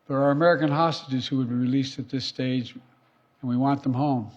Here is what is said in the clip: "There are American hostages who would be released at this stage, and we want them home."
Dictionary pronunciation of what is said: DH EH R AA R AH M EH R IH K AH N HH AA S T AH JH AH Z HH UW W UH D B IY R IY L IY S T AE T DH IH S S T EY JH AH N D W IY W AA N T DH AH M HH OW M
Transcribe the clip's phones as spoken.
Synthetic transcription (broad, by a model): DH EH R R AH M EH R IH K AH N HH AA S T AH JH AH Z HH UW W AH D B IY R IY L IY S T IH T DH IH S S T EY JH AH N W IY W AA N DH AH M HH OW M